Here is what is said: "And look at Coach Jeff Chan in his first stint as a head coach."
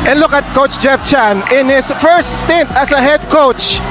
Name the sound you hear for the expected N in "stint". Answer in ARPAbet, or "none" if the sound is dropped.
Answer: N